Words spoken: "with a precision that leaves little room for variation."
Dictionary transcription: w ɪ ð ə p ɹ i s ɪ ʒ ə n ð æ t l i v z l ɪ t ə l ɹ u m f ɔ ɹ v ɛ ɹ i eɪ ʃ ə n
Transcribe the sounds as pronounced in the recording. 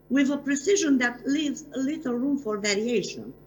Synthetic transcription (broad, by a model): w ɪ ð ə p ɹ i s ɪ ʒ ə n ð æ t l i v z l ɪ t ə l ɹ u m f ɔ ɹ v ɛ ɹ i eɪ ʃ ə n